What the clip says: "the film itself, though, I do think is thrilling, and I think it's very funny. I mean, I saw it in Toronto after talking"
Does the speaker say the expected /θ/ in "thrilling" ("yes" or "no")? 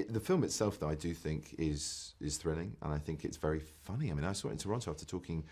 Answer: yes